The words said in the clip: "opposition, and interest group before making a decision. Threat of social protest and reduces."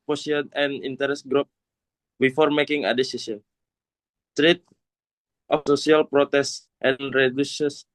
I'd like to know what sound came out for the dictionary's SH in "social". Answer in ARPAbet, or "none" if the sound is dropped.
S